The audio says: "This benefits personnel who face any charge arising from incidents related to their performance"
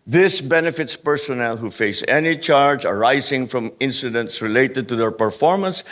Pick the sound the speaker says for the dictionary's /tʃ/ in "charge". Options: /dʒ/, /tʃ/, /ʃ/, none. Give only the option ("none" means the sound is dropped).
/tʃ/